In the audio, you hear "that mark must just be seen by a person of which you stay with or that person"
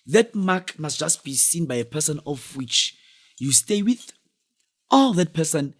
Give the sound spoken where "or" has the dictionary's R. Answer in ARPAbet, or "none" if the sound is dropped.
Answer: L